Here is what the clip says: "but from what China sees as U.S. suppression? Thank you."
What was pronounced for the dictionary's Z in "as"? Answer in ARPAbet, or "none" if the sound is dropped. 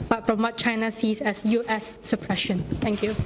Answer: S